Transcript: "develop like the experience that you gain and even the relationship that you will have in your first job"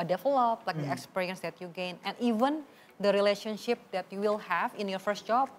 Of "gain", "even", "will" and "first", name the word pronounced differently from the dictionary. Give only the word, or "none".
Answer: none